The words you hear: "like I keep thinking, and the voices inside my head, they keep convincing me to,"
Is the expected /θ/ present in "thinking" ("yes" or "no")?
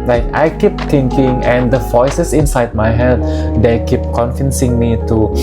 no